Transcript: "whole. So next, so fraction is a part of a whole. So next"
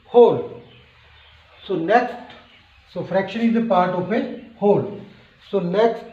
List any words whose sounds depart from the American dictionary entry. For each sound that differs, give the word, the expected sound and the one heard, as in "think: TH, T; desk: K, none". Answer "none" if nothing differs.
of: V, P